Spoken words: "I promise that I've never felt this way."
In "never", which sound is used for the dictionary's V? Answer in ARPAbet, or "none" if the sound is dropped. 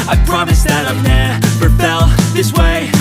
F